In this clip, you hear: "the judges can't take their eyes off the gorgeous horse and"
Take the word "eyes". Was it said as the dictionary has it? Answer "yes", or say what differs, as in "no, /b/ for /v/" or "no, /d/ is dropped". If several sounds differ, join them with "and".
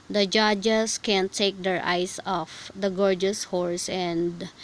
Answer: no, /s/ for /z/